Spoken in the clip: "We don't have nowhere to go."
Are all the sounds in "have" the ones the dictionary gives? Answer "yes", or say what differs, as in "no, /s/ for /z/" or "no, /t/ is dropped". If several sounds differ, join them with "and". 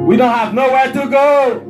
yes